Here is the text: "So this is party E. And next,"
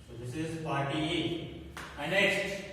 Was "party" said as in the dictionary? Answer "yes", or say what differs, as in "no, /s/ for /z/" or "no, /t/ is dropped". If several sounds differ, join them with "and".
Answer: no, /f/ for /p/